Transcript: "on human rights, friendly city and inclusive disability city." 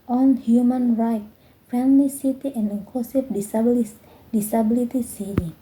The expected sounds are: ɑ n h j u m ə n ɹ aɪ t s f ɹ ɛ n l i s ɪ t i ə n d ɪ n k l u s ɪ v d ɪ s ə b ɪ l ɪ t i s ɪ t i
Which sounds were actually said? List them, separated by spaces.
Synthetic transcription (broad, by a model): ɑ n h j u m ə n ɹ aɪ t f ɛ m l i s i t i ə n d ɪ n k l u s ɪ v d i s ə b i l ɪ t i s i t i